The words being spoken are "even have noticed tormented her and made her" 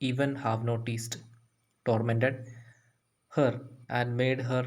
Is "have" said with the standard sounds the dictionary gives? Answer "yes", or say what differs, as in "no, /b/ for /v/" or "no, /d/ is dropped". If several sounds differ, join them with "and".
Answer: yes